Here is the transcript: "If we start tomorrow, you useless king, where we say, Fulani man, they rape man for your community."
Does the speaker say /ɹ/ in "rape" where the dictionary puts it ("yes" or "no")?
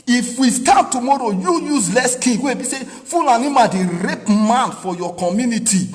yes